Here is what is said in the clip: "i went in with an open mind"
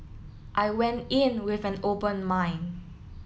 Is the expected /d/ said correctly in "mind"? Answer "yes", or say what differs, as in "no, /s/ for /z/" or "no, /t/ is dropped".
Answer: no, /d/ is dropped